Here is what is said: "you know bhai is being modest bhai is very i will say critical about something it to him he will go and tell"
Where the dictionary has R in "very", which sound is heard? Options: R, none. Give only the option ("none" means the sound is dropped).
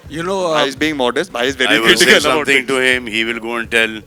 none